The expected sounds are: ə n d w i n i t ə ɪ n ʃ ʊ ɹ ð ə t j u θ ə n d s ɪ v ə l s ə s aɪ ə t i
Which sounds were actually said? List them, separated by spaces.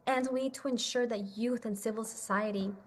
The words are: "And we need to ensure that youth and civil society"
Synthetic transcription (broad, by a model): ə n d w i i t ə ɪ n ʃ ʊ ɹ ð ə t j u θ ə n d s ɪ v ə l s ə s aɪ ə t i